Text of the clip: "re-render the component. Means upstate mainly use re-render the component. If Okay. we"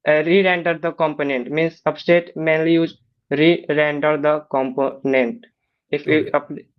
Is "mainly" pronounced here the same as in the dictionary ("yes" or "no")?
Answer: yes